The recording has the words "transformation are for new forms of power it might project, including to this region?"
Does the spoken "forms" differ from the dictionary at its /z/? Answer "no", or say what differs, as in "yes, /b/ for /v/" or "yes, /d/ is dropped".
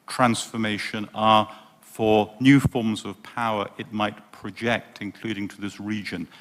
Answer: no